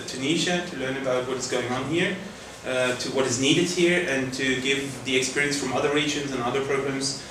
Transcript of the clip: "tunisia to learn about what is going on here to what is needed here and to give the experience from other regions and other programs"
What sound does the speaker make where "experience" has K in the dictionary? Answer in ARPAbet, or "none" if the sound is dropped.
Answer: K